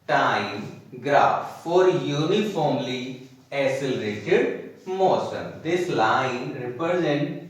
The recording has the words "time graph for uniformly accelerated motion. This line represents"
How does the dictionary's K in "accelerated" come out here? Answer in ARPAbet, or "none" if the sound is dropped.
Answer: none